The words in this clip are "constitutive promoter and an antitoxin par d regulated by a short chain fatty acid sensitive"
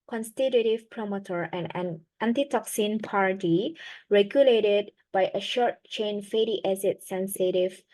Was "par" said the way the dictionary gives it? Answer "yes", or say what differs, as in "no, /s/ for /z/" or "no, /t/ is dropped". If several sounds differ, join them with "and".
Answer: yes